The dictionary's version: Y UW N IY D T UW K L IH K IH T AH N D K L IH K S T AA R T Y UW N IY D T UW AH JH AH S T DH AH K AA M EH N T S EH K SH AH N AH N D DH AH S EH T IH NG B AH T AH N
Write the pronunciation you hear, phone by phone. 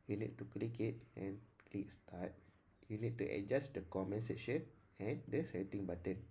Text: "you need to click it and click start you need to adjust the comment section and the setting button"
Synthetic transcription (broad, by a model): Y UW N IY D T UW K L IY K IH T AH N K L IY K S T AA T Y UW N IY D T UW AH JH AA S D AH K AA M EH N S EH SH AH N AH N D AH S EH T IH NG B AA T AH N